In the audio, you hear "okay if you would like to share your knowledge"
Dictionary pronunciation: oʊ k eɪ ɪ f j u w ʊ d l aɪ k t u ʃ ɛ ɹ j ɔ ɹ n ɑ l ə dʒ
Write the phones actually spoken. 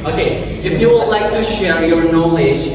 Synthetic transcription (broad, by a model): oʊ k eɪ ɪ f j u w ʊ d l aɪ k t u ʃ ɛ ɹ j ɔ ɹ n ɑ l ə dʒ